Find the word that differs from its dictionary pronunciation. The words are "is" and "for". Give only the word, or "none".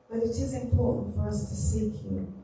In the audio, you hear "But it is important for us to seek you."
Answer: none